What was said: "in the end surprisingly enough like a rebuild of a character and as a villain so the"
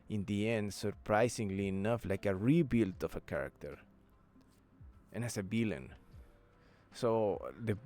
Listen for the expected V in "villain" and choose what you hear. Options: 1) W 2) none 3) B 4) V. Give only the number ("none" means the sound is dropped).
3